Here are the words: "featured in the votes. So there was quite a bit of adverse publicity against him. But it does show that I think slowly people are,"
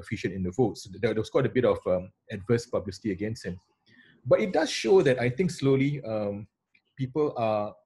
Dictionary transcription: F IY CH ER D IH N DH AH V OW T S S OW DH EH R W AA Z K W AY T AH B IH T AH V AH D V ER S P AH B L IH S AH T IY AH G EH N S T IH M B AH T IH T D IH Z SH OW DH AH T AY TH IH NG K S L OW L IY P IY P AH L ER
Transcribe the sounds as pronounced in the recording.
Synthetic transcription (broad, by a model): F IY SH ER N IH N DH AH V OW T S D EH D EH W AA S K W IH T AH B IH T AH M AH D V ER S P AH B L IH S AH T IY AH G EH N S T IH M B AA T IH T D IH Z SH OW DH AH T AY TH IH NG K S L OW L IY P IY P AH L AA